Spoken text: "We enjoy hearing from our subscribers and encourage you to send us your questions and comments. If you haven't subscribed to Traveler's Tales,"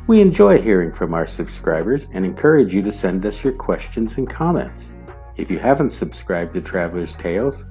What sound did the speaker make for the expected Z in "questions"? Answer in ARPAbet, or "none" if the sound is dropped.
Z